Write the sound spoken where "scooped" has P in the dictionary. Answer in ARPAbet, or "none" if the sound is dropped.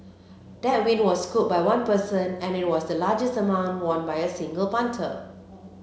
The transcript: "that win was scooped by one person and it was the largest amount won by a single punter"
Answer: none